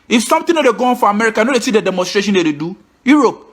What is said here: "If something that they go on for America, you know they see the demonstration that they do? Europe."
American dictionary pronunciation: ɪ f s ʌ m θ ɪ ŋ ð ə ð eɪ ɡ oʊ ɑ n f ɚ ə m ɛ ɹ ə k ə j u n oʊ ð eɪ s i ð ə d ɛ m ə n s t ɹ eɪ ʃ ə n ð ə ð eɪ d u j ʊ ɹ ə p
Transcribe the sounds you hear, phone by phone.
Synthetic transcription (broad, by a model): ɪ f s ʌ m t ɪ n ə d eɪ ɡ oʊ ɑ n f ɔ ə m ɛ ɹ ə k ə n oʊ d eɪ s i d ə d ɛ m ə n s t ɹ eɪ ʃ ə n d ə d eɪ d u j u ɹ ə p